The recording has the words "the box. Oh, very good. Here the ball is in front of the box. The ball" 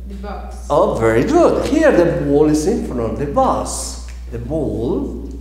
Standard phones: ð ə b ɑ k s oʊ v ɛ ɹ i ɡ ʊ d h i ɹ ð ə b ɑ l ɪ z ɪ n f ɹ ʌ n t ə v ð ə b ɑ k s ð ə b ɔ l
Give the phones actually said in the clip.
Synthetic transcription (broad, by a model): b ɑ oʊ v ɛ ɹ i ɡ ʊ d h i ɹ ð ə b ɑ l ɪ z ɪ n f ʌ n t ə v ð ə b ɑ s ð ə b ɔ l